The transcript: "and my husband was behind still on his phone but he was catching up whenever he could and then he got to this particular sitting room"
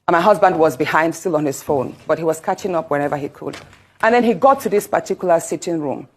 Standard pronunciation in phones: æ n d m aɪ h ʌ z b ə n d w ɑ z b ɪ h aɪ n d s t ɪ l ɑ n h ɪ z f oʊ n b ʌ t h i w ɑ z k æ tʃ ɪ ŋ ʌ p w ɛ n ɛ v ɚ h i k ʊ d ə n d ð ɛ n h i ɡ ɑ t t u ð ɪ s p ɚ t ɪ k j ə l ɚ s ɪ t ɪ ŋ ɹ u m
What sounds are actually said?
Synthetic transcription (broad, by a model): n m aɪ h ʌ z b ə n d w ɑ z b ɪ h aɪ n d s t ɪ l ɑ n h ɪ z f oʊ n b ʌ t h i w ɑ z k æ tʃ ɪ ŋ ʌ p w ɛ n ɛ v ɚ h i k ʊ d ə n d ð ɛ n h i ɡ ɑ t t u ð ɪ s p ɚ t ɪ k j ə l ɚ s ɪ t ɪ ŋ ɹ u m